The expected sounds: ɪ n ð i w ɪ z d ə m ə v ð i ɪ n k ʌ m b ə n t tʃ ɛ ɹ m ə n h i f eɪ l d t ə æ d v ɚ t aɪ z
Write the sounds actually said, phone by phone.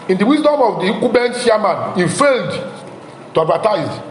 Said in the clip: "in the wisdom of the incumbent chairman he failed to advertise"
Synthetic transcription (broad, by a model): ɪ n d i w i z d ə m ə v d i k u b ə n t ʃ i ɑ m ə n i f eɪ l d t ə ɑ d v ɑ t aɪ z